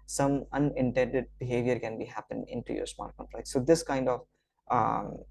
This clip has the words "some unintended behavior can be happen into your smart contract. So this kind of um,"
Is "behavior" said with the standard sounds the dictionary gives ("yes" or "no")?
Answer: yes